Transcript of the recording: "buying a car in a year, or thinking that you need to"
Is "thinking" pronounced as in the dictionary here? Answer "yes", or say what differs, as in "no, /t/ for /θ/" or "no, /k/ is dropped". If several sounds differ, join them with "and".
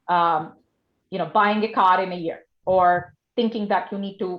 yes